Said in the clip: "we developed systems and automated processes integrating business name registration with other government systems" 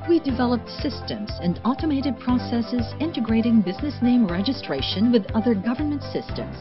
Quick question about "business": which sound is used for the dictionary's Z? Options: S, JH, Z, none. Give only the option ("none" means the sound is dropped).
Z